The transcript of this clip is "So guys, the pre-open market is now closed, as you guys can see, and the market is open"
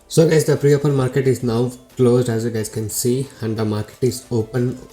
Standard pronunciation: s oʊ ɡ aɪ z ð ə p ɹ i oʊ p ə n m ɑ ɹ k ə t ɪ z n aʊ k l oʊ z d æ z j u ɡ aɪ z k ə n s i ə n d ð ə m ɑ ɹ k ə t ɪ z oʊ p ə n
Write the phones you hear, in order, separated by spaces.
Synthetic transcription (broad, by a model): s oʊ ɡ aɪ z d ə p ɹ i oʊ p ə n m ɑ ɹ k ə t ɪ z n aʊ k l oʊ z d æ z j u ɡ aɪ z k ə n s i ə n d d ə m ɑ ɹ k ə t ɪ z oʊ p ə n